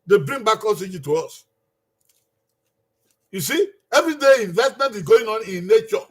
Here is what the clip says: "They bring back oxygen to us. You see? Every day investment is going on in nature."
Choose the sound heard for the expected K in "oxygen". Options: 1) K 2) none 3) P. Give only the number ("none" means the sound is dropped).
2